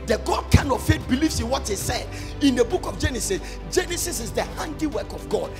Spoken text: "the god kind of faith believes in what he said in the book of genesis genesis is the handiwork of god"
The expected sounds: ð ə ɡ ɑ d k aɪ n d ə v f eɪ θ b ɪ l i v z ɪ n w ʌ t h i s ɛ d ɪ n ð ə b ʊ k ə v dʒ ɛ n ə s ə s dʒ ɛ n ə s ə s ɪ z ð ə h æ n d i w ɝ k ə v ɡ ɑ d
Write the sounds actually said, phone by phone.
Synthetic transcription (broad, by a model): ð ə ɡ ɑ d k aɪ n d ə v f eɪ t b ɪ l i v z ɪ n w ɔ t h i s ɛ d ɪ n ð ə b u k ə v dʒ ɛ n ə s ə s dʒ ɛ n ə s ə s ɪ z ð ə h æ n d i w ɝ k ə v ɡ ɑ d